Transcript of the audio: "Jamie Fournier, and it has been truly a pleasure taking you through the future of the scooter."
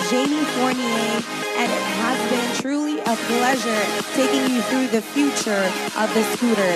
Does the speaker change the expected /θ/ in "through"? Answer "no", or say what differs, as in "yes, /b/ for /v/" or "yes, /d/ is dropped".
no